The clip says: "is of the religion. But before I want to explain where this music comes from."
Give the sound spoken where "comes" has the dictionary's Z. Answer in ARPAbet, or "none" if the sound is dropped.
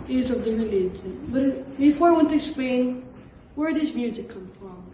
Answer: none